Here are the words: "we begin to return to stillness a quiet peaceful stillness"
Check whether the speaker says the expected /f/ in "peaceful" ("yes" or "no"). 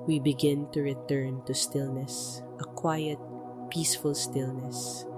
yes